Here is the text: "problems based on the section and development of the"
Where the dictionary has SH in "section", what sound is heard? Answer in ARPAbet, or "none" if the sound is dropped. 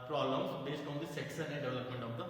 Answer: S